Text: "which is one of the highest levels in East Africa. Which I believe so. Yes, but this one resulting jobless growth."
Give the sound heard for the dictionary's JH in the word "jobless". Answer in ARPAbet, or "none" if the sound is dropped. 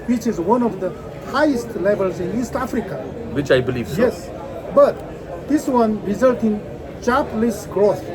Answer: CH